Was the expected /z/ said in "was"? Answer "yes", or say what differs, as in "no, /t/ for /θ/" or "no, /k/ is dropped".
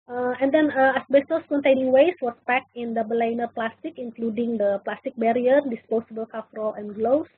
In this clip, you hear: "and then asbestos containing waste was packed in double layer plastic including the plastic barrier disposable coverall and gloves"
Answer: no, /s/ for /z/